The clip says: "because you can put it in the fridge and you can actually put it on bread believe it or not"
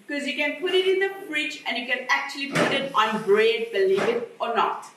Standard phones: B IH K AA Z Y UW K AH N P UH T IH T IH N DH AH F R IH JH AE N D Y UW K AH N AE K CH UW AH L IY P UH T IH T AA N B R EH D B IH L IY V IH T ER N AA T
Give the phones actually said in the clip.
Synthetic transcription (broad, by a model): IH K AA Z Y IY K AH N P UH T IH T IH N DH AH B R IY CH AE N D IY K AH N AE K CH UW AH L IY P UH T IH T AA N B R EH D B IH L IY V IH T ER N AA T